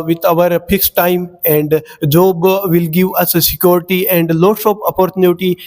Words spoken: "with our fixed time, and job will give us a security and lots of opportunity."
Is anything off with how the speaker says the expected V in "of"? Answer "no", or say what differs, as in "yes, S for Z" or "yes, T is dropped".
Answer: yes, P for V